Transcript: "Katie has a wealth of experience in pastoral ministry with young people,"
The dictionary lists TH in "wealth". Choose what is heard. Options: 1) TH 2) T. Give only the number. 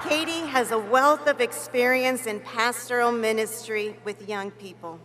1